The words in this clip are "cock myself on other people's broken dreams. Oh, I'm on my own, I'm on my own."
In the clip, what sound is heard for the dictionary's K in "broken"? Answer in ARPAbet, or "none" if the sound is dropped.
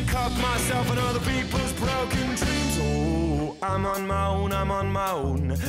K